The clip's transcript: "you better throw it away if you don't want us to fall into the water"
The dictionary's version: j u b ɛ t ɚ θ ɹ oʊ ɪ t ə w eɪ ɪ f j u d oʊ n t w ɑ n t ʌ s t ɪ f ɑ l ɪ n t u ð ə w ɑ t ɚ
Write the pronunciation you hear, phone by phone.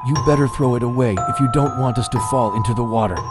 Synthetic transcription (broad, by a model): j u b ɛ t ɚ θ ɹ oʊ ɪ t ə w eɪ ɪ f j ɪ d oʊ n t w ɑ n t ʌ s t ɪ f ɑ l ɪ n t u ð ə w ɑ t ɚ